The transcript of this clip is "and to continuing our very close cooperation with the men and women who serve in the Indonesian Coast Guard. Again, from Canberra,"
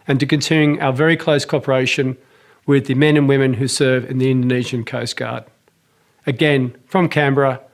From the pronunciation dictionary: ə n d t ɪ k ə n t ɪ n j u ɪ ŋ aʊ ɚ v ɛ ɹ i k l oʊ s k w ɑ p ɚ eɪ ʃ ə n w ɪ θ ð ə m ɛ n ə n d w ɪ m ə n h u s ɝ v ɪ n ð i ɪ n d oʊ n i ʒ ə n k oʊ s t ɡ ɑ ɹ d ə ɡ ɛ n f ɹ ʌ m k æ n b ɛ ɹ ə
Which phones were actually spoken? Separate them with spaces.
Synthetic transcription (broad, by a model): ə n t ɪ k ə n t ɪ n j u ɪ ŋ aʊ ɚ v ɛ ɹ i k l oʊ s k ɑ p ɚ eɪ ʃ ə n w ɪ ð ə m ɛ n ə n w ɪ m ə n h u s ɝ v ɪ n ð i ɪ n d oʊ n i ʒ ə n k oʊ s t ɡ ɑ ɹ d ə ɡ ɛ n f ɹ ʌ m k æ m b ɹ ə